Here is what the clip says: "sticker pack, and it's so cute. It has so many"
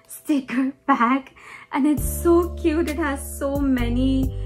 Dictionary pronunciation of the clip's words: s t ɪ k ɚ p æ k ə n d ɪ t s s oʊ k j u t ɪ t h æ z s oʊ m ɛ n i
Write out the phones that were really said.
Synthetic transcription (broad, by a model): s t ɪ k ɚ b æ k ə n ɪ t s s oʊ k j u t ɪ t h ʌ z s oʊ m ɛ n i